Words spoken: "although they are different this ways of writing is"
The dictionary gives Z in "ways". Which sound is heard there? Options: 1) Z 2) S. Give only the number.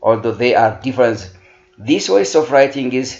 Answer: 2